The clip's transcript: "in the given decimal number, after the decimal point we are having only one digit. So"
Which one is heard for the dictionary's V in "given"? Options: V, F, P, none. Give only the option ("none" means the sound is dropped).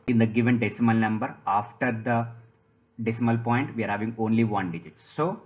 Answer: V